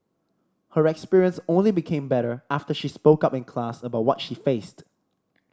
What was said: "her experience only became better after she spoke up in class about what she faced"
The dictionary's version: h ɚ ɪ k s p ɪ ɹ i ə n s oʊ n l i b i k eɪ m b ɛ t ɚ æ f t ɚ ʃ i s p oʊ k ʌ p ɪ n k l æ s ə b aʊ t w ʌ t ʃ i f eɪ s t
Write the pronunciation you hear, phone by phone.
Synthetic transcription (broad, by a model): h ɚ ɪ k s p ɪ ɹ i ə n s oʊ n l i b i k eɪ m b ɛ t ɚ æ f t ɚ ʃ i s p oʊ k ʌ p ɪ n k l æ s ə b aʊ t w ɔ t ʃ i f eɪ s t